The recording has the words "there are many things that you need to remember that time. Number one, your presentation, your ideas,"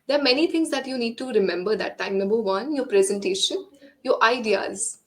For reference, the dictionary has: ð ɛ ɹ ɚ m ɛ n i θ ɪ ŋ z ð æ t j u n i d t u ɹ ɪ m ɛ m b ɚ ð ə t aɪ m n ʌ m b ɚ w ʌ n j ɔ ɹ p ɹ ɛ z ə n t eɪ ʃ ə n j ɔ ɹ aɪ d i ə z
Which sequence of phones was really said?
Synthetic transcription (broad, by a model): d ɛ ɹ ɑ m ɛ n i t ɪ ŋ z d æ t j u n i d t u ɹ ɪ m ɛ m b ɚ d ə t aɪ m n ʌ m b ɚ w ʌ n j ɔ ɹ p ɹ ɛ z ə n t eɪ ʃ ə n j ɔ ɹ aɪ d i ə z